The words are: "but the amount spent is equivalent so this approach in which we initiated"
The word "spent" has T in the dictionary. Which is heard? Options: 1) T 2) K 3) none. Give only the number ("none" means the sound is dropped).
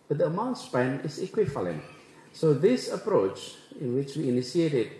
3